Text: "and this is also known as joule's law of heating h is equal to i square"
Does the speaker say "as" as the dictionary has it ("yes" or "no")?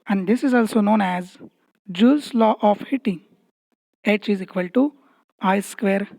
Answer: yes